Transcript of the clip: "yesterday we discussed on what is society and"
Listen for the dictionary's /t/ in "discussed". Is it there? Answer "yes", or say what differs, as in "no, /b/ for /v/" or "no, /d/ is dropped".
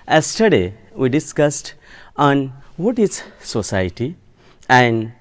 yes